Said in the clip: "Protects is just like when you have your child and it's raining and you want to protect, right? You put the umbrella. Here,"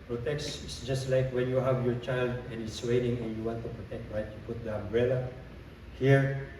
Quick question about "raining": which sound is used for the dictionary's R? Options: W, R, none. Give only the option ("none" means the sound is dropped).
W